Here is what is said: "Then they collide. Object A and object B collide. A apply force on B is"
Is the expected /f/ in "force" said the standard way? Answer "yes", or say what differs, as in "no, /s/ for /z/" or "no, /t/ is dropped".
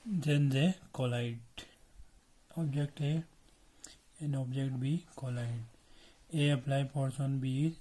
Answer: no, /p/ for /f/